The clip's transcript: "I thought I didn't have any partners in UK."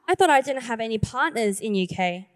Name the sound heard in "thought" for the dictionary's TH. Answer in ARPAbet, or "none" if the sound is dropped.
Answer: TH